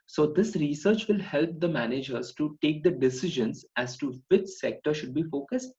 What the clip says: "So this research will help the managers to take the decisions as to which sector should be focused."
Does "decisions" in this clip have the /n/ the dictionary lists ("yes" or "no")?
yes